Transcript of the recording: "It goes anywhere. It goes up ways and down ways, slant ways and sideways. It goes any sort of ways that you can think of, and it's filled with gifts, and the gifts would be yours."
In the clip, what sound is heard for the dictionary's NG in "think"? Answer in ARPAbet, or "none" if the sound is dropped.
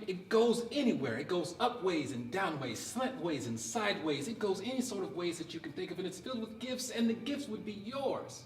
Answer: none